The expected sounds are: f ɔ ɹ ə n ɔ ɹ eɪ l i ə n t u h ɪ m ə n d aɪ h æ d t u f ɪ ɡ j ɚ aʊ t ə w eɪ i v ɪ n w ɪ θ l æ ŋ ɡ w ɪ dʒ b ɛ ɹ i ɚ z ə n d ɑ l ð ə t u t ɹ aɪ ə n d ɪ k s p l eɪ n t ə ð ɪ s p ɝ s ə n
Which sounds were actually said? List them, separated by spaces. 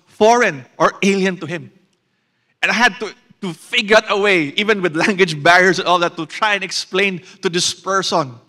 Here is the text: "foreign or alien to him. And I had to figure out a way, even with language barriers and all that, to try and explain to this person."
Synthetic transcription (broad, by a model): f ɔ ɹ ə n ɔ ɹ eɪ l i ə n t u h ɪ m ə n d aɪ h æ d t u f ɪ ɡ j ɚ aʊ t ə w eɪ i v ɪ n w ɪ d l æ ŋ ɡ w ɪ dʒ b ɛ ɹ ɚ s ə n ɑ l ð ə t u t ɹ aɪ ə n ɪ k s p l eɪ n t ə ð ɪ s p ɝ s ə n